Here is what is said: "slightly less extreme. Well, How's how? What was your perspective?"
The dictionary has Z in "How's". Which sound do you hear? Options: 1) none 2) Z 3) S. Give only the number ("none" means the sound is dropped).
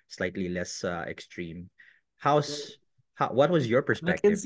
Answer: 3